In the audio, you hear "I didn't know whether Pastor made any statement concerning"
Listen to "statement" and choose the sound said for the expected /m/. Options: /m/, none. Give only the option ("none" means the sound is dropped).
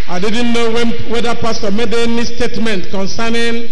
/m/